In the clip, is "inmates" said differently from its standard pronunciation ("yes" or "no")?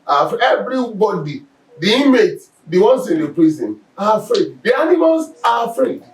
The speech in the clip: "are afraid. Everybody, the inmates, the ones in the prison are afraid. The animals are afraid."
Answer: yes